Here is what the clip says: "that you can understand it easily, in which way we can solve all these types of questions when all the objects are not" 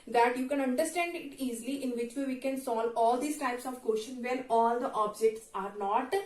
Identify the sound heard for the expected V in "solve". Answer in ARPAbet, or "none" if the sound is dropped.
none